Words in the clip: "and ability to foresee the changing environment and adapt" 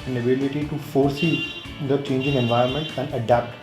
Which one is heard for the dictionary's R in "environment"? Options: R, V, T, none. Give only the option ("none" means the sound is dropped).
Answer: none